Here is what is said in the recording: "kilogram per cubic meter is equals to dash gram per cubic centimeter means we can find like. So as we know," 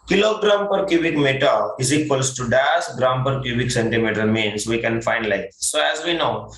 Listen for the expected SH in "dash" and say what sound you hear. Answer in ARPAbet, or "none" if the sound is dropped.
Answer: S